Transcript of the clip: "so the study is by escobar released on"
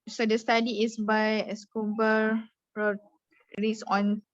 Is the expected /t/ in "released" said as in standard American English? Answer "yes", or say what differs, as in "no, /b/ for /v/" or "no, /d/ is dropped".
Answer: no, /t/ is dropped